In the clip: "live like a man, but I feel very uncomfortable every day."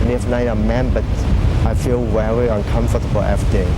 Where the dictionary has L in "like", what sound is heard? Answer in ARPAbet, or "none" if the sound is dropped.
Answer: N